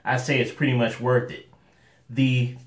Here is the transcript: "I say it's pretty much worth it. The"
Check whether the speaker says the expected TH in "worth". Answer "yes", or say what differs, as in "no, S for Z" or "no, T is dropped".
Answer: yes